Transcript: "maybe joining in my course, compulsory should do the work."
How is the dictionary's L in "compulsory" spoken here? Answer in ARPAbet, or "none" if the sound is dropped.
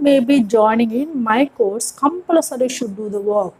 none